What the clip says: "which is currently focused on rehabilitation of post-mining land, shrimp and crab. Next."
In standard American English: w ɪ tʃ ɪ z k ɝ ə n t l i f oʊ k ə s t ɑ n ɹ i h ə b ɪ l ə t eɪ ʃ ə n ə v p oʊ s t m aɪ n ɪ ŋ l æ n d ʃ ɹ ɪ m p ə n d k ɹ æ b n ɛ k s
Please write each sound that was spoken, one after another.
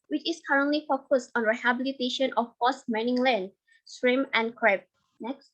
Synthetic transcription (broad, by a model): w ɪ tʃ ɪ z k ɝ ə n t l i f oʊ k ə s t ɑ n ɹ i h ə b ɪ l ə t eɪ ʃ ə n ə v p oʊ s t m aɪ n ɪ ŋ l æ n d s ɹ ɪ m ə n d k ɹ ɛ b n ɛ k s